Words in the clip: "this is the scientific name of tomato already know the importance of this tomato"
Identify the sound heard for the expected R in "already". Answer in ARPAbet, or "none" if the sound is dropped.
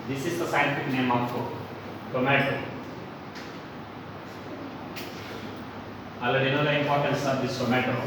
none